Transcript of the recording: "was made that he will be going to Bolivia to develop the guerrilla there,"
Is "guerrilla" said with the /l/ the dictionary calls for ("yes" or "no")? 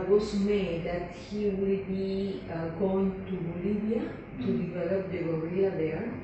no